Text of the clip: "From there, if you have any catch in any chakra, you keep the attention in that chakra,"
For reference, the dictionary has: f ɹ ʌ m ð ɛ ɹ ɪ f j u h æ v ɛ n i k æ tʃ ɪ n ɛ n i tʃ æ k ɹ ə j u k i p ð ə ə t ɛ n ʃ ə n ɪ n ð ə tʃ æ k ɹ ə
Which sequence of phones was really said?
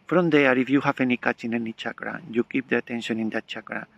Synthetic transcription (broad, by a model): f ɹ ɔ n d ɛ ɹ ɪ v j u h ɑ f ɛ n i k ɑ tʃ ɪ n ɛ n i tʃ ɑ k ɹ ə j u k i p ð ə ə t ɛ n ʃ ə n ɪ n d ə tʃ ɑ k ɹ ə